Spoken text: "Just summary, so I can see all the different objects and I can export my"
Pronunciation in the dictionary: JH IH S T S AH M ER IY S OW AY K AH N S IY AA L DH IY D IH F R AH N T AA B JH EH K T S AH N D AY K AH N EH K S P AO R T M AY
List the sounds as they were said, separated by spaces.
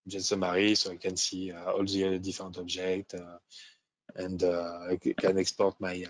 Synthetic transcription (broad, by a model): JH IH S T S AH M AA IY S OW AY K AH N S IY AA L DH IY D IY F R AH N T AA B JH EH K T AH N D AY K AH N EH K S P AO R T M AY